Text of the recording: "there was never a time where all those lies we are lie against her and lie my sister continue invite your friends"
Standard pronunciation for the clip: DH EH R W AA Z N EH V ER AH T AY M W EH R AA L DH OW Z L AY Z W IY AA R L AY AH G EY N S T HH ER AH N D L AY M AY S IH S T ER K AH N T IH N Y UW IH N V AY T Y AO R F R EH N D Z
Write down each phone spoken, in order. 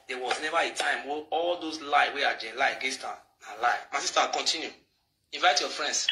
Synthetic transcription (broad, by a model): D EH W AA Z N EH V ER AH T AY M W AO AA L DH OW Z L AY W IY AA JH L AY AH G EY S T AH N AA L AY M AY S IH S T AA K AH N T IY N Y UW IH N V AY T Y AO F R EH N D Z